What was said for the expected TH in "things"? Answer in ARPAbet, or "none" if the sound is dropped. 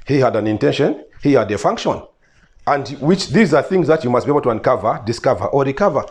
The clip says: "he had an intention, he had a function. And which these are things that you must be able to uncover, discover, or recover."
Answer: TH